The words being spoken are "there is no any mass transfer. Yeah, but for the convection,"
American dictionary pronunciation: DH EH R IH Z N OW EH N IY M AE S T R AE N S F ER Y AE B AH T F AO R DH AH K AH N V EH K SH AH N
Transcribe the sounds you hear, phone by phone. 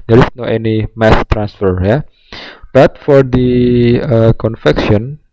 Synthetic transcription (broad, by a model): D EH R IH S N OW EH N IY M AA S T R AE N S F ER Y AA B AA T F AO R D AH K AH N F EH K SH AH N